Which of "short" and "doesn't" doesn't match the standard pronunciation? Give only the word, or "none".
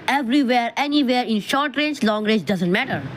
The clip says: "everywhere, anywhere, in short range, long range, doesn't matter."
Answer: none